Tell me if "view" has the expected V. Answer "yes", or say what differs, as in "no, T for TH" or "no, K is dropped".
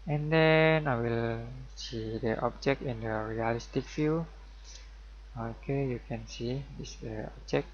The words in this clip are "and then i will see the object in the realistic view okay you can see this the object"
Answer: no, F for V